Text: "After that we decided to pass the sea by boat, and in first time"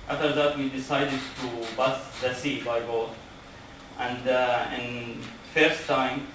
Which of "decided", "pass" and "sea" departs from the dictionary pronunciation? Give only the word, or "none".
pass